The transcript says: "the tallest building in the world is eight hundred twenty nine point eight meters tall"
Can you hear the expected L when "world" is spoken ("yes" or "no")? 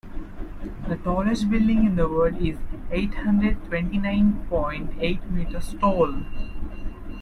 no